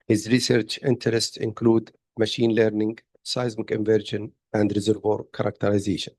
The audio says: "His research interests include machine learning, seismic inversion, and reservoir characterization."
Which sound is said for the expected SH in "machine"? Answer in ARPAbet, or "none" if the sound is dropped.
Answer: SH